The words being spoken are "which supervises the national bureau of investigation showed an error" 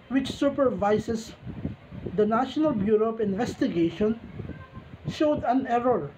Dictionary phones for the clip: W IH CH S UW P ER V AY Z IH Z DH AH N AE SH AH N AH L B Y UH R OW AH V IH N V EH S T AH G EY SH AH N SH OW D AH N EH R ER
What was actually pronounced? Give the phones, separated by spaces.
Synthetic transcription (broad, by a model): W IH CH S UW P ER V AY S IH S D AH N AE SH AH N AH L B Y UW R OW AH P IH N V EH S T AH G EY SH AH N SH OW D AH N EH R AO